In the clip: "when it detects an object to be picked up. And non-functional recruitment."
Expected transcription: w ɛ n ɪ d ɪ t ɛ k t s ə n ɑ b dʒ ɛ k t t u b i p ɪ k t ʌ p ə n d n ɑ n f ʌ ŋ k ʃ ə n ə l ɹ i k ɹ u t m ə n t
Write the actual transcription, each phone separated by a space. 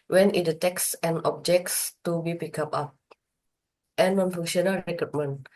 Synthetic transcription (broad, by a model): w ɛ n ɪ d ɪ t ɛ k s ə n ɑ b dʒ ɛ k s t u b i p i k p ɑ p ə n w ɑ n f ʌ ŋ ʃ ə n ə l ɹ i k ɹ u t m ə n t